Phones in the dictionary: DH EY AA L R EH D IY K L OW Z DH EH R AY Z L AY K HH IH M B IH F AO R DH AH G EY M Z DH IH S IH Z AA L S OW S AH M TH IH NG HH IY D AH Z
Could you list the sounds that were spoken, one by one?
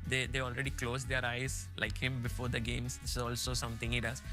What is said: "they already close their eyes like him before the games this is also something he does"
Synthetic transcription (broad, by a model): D EY AA L R EH D IY K L OW Z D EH R AY Z L AY K HH IH M B IH F AO R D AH G EY M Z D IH S IH Z AA L S OW S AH M T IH NG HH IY D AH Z